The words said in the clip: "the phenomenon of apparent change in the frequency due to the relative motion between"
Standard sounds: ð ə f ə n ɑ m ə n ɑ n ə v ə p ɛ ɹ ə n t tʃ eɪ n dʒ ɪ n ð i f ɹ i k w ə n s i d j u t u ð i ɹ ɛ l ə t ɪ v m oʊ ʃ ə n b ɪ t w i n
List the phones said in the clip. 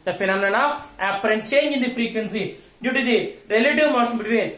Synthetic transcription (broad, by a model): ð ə f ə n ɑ m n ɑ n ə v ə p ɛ ɹ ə n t tʃ eɪ n dʒ ɪ n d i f ɹ i k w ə n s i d j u t u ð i ɹ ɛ l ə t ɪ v m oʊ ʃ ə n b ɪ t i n